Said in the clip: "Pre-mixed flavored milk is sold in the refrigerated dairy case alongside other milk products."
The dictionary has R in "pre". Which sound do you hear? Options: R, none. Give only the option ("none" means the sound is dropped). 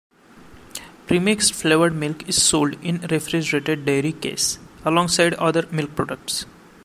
R